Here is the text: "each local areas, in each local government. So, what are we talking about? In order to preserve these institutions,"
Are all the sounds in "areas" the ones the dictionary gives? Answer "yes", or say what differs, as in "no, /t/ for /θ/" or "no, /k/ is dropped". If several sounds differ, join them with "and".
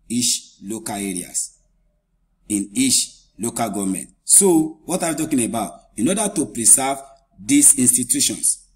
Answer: no, /s/ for /z/